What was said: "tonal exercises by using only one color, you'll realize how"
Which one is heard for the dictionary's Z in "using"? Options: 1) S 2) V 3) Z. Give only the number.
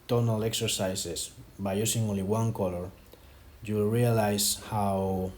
1